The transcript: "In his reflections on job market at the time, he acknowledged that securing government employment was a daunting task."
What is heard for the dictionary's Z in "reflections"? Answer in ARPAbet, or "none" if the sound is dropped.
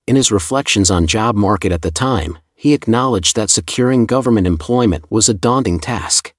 Z